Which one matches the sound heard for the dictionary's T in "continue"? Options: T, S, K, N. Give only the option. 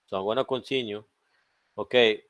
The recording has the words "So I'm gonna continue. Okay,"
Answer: S